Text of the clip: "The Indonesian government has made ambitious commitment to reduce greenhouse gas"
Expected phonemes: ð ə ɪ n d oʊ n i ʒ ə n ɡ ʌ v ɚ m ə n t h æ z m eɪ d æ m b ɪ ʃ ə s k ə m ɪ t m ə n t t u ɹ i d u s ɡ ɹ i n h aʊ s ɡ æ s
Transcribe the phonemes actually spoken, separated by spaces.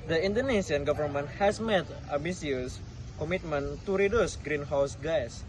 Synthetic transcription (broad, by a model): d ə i n d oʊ n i s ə n ɡ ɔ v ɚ m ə n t h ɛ s m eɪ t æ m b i s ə s k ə m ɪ t m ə n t t u ɹ i d u s ɡ ɹ i n h aʊ s ɡ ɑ s